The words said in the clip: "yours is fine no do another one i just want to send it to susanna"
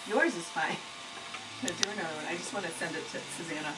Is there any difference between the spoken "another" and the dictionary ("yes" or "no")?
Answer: yes